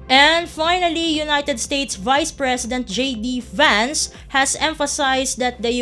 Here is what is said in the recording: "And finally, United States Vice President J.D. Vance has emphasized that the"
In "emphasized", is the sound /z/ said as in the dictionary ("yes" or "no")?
no